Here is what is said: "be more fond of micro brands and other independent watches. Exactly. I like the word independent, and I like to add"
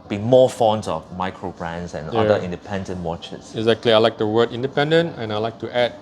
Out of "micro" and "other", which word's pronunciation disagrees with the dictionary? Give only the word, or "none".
other